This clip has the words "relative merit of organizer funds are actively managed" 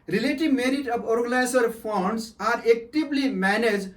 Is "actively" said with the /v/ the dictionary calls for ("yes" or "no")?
no